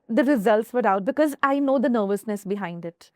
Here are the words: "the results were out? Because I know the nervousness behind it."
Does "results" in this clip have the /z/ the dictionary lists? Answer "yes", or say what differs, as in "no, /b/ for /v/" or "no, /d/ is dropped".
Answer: yes